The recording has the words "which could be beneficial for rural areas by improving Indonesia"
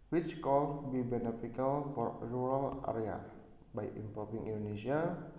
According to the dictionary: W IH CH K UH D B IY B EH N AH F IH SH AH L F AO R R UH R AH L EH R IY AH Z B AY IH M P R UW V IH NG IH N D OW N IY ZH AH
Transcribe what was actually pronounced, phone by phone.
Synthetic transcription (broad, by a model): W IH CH K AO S B IY B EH N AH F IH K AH L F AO R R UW R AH L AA R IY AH B AY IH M P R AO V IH NG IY N D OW N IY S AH